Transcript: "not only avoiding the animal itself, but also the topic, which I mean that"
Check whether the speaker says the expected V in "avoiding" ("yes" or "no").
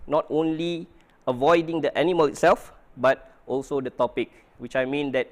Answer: yes